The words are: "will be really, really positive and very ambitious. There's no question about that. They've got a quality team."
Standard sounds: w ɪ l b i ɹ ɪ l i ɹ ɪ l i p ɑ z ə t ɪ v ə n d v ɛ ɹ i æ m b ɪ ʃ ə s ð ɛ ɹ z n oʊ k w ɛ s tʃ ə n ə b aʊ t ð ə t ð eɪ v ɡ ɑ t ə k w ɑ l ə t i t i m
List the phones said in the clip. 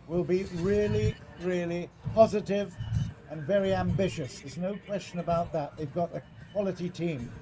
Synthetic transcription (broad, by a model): w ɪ l b i ɹ ɪ l i ɹ ɪ l i p ɑ z ə t ɪ v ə n v ɛ ɹ i æ m b ɪ ʃ ə s ð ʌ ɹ z n oʊ k w ɛ s tʃ ə n ə b aʊ t ð ə t ð eɪ v ɡ ɑ t ə k w ɑ l ə t i t i m